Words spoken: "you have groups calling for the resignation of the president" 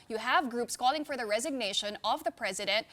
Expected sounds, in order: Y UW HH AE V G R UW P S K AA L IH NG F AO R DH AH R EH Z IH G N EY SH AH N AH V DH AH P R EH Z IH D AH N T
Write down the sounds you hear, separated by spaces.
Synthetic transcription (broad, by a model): Y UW HH AE V G R UW P S K AA L IH NG F AO R DH AH R EH Z IH G N EY SH AH N AH V DH AH P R EH Z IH D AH N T